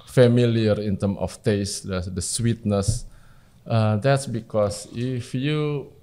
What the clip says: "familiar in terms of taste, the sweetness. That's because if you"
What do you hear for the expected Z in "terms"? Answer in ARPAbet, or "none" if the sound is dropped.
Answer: none